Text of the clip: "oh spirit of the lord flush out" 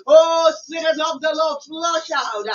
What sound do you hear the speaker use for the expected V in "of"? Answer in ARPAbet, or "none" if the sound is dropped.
P